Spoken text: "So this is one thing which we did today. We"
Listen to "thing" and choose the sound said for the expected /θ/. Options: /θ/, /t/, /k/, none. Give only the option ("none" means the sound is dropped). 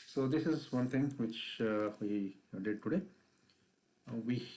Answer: /t/